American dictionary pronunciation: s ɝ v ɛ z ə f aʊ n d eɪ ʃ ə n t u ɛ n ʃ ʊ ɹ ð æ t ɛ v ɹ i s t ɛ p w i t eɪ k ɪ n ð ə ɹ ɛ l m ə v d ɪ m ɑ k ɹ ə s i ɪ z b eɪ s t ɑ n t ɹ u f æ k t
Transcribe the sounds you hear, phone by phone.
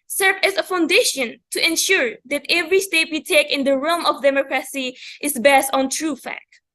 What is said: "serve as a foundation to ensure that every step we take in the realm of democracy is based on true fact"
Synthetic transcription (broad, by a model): s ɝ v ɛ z ə f aʊ n d eɪ ʃ ə n t u ɛ n ʃ ʊ ɹ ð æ t ɛ v ɹ i s t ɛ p w i t eɪ k ɪ n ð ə ɹ ɛ l m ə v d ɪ m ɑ k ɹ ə s i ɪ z b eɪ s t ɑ n t ɹ u f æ k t